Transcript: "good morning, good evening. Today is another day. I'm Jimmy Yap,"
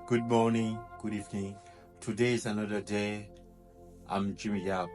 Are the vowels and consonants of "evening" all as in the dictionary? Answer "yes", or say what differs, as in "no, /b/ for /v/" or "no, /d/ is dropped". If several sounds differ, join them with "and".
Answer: yes